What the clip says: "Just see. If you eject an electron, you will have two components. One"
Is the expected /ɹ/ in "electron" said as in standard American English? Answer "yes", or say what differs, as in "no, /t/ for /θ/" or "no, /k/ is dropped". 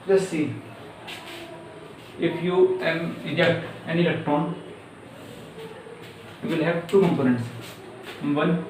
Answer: no, /ɹ/ is dropped